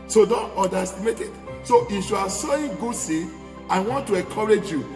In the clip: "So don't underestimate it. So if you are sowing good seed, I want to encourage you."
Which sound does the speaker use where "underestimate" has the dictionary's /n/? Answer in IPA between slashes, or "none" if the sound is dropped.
none